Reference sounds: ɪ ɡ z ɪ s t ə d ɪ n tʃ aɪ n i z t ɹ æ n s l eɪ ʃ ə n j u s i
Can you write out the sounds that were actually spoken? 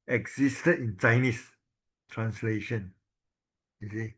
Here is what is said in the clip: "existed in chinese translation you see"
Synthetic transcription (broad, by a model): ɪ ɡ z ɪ s t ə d ɪ n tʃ aɪ n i s t ɹ æ n s l eɪ ʃ ə n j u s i